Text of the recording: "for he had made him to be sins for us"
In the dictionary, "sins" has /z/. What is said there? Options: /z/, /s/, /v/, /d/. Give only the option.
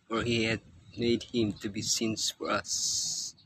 /s/